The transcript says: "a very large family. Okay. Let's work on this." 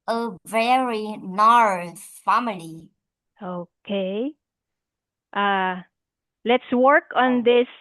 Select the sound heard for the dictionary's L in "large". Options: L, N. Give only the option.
N